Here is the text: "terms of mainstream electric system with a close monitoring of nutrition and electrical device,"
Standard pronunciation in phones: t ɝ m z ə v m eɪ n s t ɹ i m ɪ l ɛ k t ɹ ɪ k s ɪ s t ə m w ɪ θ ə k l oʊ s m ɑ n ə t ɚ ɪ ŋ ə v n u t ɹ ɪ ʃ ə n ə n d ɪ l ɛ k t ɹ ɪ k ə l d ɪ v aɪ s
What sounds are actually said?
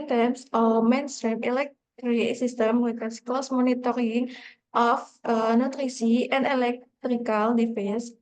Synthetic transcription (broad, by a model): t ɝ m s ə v m eɪ n s t ɹ i m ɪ l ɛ k t ɹ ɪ s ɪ s t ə m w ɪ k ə k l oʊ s m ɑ n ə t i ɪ ŋ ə f n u t ɹ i s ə ə n d ɪ l ɛ k t ɹ ɪ k ə l d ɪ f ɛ s